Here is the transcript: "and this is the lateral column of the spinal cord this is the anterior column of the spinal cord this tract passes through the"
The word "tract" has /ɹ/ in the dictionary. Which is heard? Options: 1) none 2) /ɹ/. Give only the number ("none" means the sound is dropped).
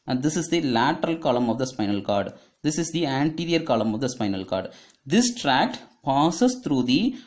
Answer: 2